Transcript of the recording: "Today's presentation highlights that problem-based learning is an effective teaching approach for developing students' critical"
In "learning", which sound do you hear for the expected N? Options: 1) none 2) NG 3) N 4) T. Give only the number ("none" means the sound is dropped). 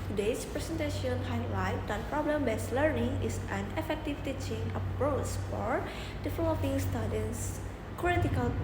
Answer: 3